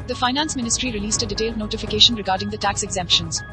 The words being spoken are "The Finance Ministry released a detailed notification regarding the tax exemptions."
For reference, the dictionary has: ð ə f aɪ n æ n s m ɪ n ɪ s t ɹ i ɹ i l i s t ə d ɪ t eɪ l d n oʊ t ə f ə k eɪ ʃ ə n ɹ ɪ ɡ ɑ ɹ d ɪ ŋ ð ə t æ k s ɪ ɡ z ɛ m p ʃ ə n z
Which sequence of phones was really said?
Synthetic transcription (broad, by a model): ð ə f aɪ n æ n s m ɪ n ɪ s t ɹ i ɹ i l i s t ə d ɪ t eɪ l d n oʊ t ə f ə k eɪ ʃ ə n ɹ ɪ ɡ ɑ ɹ d ɪ ŋ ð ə t æ k s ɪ ɡ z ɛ m p ʃ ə n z